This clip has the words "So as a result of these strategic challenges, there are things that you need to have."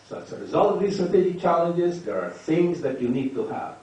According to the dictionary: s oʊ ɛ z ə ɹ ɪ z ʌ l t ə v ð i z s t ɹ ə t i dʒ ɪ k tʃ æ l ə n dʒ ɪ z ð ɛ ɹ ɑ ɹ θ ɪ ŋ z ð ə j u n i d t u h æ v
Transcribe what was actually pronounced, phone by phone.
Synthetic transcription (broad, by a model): s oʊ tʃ ə ɹ ɪ z ʌ l t ə v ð i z s t ɹ ə t i dʒ ɪ k tʃ æ l ə n dʒ ɪ z ð ɛ ɹ ɑ ɹ θ ɪ ŋ z ð ə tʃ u n i d t u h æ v